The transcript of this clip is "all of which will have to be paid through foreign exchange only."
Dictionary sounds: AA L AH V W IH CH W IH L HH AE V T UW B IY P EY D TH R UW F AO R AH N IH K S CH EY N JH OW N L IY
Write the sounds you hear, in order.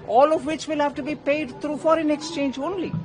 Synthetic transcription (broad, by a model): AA L AH V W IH CH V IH L HH AE V T UW B IY P EY D T R UW F AO R AH N IH K S CH EY N JH OW N L IY